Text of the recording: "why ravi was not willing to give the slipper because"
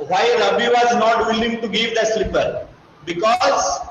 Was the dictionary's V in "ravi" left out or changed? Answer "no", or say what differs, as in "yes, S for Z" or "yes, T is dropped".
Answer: yes, B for V